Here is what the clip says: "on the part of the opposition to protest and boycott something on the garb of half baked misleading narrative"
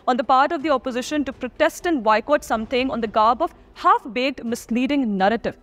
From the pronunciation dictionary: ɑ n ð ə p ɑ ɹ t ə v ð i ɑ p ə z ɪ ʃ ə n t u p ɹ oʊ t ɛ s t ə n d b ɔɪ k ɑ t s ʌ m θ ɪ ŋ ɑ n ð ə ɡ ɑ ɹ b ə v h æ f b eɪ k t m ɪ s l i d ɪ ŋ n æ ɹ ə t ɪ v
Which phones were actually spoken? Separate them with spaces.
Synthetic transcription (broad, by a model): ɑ n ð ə p ɑ ɹ t ə v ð i ɑ p ə z ɪ ʃ ə n t u p ɹ oʊ t ɛ s t ə n d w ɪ k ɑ t s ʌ m t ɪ ŋ ɑ n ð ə ɡ ɑ ɹ b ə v h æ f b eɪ t m ɪ s l i d ɪ ŋ n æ ɹ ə t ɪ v